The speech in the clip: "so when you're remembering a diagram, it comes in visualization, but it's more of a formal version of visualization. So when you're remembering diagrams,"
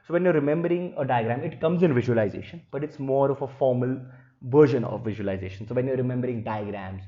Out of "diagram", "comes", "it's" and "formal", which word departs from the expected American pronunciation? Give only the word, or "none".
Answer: none